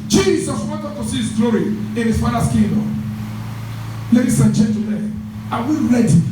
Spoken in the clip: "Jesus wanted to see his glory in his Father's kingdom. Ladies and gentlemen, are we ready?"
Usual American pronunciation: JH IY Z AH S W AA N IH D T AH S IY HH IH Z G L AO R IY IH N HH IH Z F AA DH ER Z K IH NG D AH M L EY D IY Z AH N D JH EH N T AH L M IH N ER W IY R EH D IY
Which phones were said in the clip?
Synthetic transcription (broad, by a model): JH IY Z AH S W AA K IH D T AH S IY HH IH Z G L AO R IY IH N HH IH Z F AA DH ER S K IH D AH L EY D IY S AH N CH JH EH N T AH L IH AA W IY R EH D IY